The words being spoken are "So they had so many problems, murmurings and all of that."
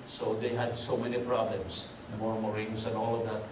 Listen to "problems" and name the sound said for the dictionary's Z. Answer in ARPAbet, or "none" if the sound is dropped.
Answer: S